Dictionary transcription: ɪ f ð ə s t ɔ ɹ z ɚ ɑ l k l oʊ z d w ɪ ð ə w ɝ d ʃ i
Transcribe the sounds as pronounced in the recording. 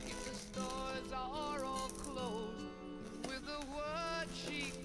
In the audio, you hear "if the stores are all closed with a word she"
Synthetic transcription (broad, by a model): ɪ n ð ə s t ɔ ɹ z ɚ ɑ l k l oʊ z w ɪ ð ə w ɝ d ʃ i